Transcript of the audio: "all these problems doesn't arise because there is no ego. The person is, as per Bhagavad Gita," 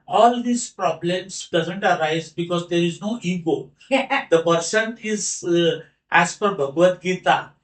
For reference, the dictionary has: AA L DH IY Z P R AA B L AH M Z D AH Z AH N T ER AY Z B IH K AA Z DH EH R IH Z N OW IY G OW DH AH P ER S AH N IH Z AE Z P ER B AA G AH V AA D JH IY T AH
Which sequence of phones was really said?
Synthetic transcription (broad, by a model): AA L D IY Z P R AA B L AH M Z D AH Z AH N T ER AY Z B IH K AA Z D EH R IH Z N OW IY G OW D AH P ER S AH N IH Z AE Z F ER B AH G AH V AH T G IY T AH